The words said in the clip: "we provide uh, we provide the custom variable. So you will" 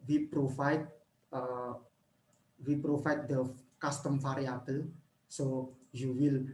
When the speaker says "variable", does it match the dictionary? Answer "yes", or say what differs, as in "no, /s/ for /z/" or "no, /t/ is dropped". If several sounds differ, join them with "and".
no, /f/ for /v/